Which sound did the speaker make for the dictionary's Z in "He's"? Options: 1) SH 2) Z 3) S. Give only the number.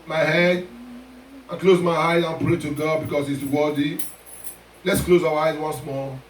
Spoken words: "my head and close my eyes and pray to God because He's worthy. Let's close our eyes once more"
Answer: 3